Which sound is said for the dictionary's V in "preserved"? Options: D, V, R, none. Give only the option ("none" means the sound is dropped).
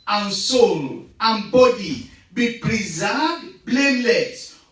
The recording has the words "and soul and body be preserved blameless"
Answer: none